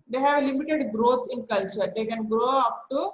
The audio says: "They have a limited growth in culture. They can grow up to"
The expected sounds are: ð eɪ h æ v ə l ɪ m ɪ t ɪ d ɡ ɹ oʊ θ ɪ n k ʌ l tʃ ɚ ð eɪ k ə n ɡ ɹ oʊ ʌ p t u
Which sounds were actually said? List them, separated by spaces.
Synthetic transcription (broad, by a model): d eɪ h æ v ə l ɪ m ɪ t ɪ d ɡ ɹ oʊ t ɪ n k ʌ l tʃ ɚ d eɪ k ə n ɡ ɹ oʊ ʌ p t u